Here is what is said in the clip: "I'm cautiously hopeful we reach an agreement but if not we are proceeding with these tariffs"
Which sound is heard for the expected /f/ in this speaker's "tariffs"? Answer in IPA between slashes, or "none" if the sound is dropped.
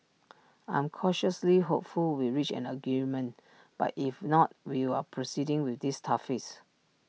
none